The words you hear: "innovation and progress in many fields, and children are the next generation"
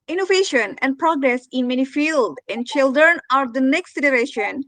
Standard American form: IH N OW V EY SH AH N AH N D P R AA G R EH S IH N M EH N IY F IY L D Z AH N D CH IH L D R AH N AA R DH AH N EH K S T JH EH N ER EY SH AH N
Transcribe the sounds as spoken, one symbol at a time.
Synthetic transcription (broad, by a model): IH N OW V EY SH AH N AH N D P R AA G R EH S IH N M EH N IY F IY L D AH N D CH IH L D R AH N AA R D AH N EH K S T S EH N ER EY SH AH N